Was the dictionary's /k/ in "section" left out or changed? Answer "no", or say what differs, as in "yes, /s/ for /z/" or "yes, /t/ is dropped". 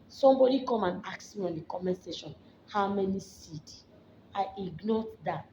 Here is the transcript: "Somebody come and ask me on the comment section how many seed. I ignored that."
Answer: yes, /k/ is dropped